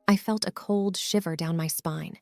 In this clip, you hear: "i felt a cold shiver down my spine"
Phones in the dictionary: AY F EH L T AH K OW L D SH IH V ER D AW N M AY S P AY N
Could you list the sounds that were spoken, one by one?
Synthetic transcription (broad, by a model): AY F EH L T AH K OW L D SH IH V ER D AW N M AY S P AY N